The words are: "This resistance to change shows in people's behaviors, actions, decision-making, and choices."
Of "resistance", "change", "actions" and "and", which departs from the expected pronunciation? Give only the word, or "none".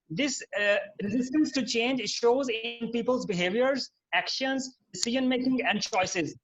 none